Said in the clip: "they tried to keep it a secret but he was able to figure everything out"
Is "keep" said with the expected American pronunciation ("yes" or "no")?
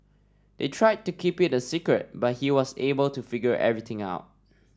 yes